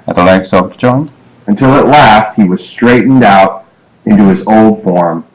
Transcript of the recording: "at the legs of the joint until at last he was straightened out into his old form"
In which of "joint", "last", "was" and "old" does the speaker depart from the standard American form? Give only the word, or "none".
joint